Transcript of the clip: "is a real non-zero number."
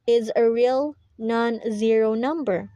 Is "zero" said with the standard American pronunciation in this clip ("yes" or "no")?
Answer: yes